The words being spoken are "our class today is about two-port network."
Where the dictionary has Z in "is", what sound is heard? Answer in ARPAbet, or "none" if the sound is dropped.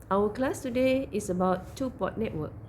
S